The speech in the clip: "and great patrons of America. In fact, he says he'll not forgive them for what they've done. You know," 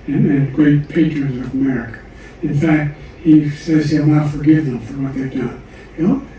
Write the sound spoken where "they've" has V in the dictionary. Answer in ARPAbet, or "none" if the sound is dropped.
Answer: V